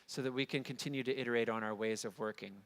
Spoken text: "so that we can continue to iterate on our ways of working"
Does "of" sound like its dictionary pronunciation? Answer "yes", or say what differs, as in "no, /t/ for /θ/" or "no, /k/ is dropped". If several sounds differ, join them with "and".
yes